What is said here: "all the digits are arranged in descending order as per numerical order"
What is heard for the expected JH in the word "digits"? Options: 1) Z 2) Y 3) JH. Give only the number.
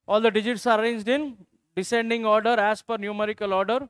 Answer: 3